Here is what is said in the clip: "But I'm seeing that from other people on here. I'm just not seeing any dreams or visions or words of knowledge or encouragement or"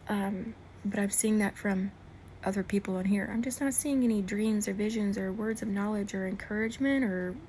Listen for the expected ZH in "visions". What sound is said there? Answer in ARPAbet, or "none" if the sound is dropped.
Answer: ZH